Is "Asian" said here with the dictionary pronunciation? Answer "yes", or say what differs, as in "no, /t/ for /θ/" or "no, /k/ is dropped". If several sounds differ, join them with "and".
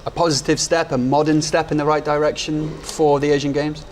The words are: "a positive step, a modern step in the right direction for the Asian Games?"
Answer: yes